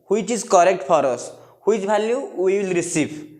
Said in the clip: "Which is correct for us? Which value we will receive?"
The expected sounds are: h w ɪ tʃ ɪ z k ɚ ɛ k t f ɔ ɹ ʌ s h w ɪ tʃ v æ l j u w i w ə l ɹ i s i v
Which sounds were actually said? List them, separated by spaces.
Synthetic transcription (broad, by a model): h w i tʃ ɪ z k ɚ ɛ k t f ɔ ɹ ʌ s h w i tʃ b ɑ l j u w i w ə l ɹ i s i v